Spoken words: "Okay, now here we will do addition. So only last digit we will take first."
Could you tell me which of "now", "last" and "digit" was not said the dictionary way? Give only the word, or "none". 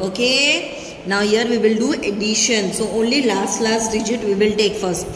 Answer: none